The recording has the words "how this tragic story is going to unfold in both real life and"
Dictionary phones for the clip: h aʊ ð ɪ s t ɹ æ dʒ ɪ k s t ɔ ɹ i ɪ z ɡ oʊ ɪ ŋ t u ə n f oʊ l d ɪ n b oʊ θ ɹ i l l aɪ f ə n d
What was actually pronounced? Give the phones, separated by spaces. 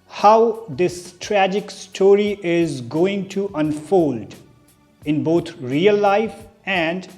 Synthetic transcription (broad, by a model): h aʊ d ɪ s t ɹ æ dʒ ɪ k s t ɔ ɹ i ɪ z ɡ oʊ ɪ ŋ t u ə n f oʊ l d ɪ n b oʊ t ɹ i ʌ l aɪ f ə n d